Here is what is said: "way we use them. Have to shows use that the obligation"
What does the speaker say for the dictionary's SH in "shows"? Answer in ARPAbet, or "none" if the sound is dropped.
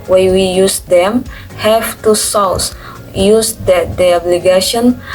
S